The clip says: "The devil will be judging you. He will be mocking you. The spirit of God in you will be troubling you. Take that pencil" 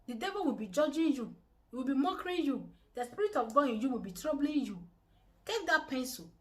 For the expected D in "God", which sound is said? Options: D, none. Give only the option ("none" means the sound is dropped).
none